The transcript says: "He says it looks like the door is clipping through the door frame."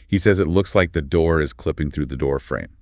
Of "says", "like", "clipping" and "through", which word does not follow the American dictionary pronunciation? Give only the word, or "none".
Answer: none